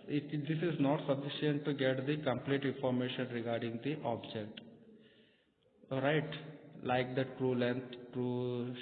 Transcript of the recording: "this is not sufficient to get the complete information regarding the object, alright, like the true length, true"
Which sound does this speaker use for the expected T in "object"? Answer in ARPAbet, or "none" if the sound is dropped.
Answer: T